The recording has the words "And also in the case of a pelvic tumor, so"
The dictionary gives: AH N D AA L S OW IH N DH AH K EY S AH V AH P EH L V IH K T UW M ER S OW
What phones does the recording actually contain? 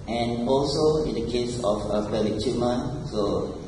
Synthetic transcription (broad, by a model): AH N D AA L S OW IH N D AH K EY S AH F AH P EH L IH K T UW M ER S OW